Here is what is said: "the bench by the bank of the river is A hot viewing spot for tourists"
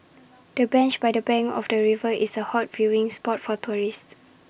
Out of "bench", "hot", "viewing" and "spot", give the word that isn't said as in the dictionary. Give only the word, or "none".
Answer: none